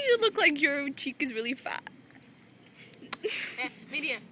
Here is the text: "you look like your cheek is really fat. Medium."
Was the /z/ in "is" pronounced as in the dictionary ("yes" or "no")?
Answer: yes